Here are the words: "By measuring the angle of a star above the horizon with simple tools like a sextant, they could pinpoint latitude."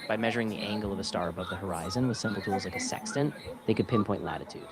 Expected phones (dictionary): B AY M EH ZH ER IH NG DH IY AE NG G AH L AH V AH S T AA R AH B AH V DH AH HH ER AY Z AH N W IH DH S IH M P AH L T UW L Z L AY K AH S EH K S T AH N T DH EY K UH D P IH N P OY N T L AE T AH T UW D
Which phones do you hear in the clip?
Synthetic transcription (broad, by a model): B AY M EH ZH ER IH NG DH IY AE NG G L AH V AH S T AA R AH B AH V DH AH HH ER AY Z AH N W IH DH S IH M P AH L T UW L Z L AY K AH S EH K S T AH N DH EY K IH D P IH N P OY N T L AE T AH T UW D